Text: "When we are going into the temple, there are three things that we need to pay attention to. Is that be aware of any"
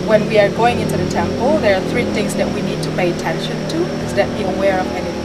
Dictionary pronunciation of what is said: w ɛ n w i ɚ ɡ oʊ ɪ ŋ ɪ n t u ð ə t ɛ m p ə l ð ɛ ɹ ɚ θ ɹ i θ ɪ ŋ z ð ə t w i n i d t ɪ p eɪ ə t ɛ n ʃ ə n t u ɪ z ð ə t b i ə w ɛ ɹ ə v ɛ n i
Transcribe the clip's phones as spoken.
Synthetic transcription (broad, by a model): w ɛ n w i ɚ ɡ oʊ ɪ ŋ ɪ n t u ð ə t ɛ m p ə l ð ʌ ɹ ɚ θ ɹ i θ ɪ ŋ z ð ə t w i n i d t ɪ p eɪ ə t ɛ n ʃ ə n t u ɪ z ð ə t b i ə w ɛ ɹ ə v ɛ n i